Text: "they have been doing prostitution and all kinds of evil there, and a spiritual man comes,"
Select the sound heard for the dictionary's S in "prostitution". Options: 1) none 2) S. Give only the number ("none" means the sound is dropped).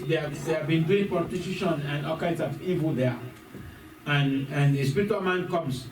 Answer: 1